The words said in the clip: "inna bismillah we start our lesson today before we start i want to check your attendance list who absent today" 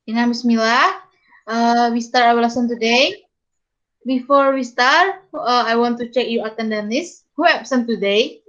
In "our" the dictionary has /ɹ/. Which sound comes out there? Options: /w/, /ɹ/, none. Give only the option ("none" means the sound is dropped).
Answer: /w/